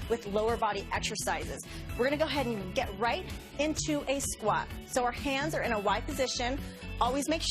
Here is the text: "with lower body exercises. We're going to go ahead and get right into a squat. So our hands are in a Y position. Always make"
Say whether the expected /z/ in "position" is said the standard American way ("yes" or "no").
yes